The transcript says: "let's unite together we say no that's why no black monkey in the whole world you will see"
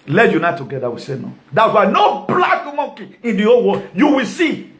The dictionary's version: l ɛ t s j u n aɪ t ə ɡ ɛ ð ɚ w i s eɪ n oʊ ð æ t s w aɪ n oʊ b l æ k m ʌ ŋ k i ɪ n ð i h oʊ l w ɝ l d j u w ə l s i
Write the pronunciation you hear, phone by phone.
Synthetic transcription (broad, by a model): l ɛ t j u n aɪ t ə ɡ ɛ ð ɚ w i s eɪ n oʊ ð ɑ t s w aɪ n oʊ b l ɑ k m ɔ k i ɪ n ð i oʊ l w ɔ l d j u w ə l s i